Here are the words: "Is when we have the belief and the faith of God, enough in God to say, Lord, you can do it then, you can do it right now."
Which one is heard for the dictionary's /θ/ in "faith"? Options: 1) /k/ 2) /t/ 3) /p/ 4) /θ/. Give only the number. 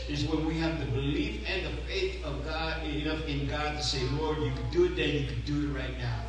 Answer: 4